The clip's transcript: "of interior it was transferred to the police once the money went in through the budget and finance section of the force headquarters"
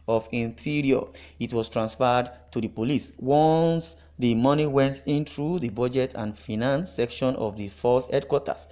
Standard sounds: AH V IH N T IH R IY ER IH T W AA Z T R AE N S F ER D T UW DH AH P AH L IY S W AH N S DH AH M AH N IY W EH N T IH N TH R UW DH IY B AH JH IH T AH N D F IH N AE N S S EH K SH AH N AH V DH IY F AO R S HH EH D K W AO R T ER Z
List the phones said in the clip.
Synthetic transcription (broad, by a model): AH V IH N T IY R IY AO IH T W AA S T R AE N S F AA D T UW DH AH P AH L IY S W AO N S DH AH M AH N IY W EH N T IH N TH R UW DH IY B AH JH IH T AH N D F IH N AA N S S EH K SH AH N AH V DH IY F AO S HH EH D K W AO T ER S